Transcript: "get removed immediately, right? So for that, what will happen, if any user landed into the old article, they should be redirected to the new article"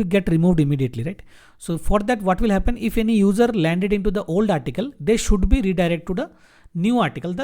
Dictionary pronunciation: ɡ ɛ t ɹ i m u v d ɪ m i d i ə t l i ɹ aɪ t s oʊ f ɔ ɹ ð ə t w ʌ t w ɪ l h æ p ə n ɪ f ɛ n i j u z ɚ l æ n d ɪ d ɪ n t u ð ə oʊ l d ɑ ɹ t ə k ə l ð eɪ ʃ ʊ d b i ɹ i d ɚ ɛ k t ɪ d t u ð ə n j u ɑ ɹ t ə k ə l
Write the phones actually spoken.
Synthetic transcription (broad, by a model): ɡ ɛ t ɹ i m u v d ɪ m i d i ə t l i ɹ aɪ t s oʊ f ɔ ɹ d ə t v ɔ t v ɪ l h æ p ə n ɪ f ɛ n i j u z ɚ l æ n d ɪ d ɪ n t u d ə oʊ l d ɑ ɹ t ə k ə l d eɪ ʃ ʊ d b i ɹ i d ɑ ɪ t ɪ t t u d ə n j u ɑ ɹ t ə k ə l